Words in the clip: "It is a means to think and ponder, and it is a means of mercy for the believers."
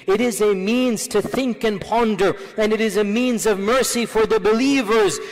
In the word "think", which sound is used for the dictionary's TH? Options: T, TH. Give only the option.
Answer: TH